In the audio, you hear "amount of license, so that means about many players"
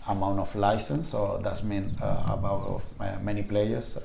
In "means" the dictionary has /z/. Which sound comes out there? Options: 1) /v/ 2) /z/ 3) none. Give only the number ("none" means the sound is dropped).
3